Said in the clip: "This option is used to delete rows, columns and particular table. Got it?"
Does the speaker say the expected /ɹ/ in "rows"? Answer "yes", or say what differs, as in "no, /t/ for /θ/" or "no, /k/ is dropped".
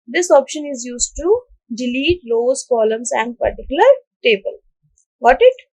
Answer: no, /l/ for /ɹ/